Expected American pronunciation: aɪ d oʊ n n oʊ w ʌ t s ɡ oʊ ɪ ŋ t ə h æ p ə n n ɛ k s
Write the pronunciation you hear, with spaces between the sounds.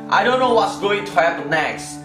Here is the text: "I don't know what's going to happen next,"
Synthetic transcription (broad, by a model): aɪ d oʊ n n oʊ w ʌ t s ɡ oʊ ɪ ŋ t ə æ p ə l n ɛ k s